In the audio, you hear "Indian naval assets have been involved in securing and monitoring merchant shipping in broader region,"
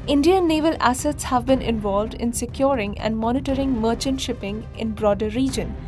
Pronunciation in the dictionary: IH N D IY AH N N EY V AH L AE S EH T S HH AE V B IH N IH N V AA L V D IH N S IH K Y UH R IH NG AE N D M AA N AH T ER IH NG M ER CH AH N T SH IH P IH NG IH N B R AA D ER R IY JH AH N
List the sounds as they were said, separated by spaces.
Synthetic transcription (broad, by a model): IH N D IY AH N N EY V AH L AE S EH T S HH AE V B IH N IH N V AA L V D IH N S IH K Y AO R IH NG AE N D M AA N AH T ER IH NG M ER CH AH N T SH IH P IH NG IH N B R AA D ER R IY JH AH N